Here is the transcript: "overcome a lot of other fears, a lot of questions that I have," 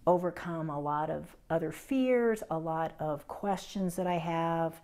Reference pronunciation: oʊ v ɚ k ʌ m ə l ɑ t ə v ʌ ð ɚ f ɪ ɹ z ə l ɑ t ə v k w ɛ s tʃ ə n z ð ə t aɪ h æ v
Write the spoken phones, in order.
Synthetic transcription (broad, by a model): oʊ v ɚ k ʌ m ə l ɑ t ə v ʌ ð ɚ f ɪ ɹ z ə l ɑ t ə v k w ɛ s tʃ ə n z ð ə t aɪ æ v